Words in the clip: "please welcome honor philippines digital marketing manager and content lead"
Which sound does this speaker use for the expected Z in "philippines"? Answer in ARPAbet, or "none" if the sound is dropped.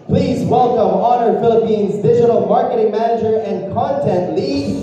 Z